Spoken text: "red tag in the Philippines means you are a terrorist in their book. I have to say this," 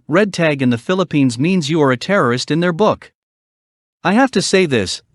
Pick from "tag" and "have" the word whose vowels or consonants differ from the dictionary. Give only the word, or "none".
have